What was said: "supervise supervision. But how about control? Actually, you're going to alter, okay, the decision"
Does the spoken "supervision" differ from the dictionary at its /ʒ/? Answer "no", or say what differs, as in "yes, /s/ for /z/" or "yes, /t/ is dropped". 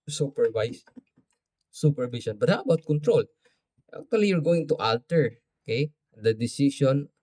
yes, /s/ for /ʒ/